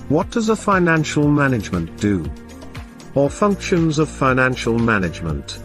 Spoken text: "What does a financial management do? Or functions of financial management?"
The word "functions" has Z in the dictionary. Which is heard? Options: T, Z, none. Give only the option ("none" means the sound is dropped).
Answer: Z